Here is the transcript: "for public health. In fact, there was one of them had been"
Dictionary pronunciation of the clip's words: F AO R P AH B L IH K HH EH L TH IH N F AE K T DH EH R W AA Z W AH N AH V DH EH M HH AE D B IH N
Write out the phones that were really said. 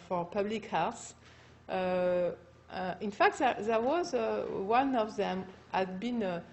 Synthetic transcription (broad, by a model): F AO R P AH B L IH K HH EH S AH IH N F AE K T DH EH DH W AA Z W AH N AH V DH EH M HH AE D B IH N